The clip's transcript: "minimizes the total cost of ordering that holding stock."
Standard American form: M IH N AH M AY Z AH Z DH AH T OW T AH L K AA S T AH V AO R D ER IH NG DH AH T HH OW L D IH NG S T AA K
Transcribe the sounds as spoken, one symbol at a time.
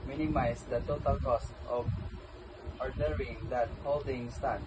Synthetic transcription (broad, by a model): M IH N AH M AY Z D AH T OW T AH L K AA S T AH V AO R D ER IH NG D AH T HH OW L D IH NG S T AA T